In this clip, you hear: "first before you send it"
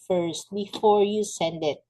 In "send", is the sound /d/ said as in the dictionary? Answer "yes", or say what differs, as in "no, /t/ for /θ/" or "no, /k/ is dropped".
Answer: yes